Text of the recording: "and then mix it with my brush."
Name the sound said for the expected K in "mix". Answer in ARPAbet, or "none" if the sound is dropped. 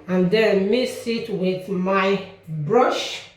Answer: none